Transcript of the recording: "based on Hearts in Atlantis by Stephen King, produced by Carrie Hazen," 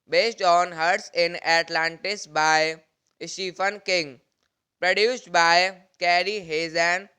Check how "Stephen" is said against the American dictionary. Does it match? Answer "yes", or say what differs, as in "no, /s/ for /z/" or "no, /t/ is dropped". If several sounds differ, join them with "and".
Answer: no, /f/ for /v/